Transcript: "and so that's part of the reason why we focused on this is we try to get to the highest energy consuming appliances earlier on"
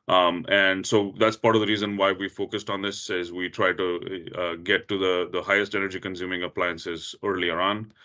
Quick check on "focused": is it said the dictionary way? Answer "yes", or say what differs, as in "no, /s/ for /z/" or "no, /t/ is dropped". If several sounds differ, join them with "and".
yes